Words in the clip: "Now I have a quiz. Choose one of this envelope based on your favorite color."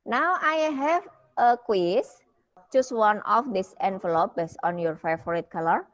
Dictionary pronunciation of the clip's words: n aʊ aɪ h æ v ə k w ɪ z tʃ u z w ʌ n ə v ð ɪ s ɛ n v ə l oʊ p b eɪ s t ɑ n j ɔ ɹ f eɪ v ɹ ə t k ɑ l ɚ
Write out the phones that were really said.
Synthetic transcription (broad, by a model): n aʊ aɪ h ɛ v ə k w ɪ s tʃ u s w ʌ n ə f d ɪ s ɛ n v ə l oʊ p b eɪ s ɑ n j ɔ ɹ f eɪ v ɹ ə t k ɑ l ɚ